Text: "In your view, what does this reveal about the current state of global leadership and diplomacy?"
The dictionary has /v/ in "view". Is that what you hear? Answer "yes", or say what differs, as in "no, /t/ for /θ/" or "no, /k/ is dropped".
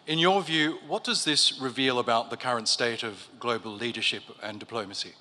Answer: yes